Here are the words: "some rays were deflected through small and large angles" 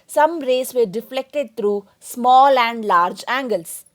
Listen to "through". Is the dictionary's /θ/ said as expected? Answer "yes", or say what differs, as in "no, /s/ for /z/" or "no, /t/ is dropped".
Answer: no, /t/ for /θ/